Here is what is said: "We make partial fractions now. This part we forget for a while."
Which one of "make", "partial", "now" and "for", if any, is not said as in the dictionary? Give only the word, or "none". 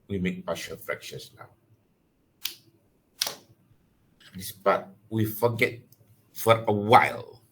partial